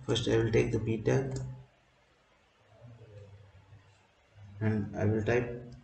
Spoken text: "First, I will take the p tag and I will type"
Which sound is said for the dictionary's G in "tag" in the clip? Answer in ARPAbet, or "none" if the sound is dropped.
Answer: none